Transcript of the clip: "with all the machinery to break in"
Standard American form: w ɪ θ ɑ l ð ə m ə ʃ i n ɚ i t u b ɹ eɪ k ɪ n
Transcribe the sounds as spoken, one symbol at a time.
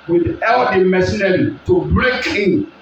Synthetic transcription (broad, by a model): w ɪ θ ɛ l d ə m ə s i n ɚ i t u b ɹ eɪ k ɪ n